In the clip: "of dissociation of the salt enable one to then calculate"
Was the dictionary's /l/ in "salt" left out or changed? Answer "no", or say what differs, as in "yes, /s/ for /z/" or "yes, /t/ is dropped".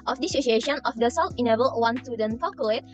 yes, /w/ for /l/